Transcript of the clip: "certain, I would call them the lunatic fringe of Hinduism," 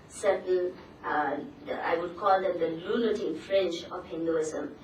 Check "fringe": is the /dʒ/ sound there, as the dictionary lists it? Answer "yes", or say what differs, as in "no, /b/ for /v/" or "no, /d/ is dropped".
no, /tʃ/ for /dʒ/